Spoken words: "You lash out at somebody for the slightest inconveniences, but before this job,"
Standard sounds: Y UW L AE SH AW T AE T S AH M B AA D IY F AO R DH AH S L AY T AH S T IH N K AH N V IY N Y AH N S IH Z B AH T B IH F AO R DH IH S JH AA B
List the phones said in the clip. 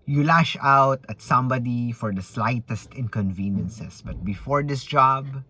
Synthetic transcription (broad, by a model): Y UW L AE SH AW T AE T S AH M B AA D IY F AO R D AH S L AY T AH S T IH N K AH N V IY N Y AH N S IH S B AH T B IH F AO R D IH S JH AA B